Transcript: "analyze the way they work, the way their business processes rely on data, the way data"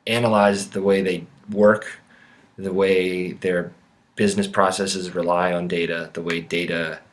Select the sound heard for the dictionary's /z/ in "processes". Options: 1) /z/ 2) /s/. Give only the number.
1